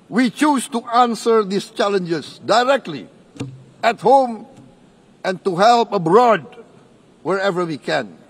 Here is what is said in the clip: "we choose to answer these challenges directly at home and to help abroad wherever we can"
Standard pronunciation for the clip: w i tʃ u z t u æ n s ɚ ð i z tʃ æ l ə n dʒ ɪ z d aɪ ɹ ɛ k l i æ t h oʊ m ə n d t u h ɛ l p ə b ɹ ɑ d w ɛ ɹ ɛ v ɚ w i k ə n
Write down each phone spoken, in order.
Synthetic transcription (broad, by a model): w i tʃ u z t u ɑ n s ɚ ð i s tʃ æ l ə n dʒ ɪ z d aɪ ɹ ɛ k l i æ t h oʊ m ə n t u h ɛ l p ə b ɹ ɑ d w ɛ ɹ ɛ v ɚ w i k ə n